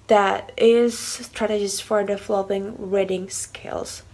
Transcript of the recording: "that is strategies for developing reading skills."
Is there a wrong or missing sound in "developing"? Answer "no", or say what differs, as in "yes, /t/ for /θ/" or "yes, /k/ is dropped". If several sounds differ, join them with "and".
yes, /b/ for /p/